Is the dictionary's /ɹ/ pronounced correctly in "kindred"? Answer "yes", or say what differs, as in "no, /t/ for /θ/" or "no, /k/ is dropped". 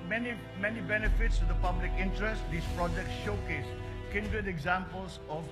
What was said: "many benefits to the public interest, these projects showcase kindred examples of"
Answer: no, /ɹ/ is dropped